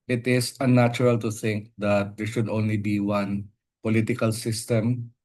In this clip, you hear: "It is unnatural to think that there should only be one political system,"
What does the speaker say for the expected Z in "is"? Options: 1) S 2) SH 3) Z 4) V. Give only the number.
1